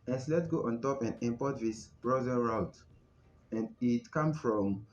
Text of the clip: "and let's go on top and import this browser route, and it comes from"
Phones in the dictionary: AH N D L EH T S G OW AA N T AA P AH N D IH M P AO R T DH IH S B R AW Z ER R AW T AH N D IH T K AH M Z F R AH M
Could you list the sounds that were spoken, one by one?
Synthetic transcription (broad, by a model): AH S L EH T G OW AA N T AA P AH N D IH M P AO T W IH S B R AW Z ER R AW T AH N D IH T K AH M F R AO M